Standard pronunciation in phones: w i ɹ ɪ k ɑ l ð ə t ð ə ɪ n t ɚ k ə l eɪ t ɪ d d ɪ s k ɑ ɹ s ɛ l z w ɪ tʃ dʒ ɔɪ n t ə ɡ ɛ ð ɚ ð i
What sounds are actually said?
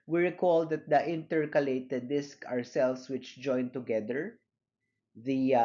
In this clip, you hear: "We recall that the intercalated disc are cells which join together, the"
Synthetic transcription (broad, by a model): w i ɹ ɪ k ɑ l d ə t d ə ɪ n t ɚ k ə l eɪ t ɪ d d ɪ s k ɑ ɹ s ɛ l s w ɪ tʃ dʒ ɔɪ n t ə ɡ ɛ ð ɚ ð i